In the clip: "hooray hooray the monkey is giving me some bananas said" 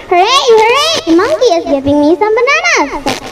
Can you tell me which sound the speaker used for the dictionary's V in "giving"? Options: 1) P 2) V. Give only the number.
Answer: 1